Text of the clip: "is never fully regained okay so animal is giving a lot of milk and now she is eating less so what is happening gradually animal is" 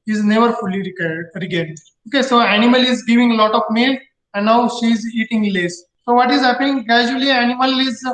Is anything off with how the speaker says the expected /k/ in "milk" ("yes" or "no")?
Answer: yes